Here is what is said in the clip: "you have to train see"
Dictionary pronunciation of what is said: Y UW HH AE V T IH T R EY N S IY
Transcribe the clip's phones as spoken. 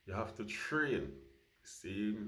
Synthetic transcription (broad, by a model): Y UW HH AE F T IH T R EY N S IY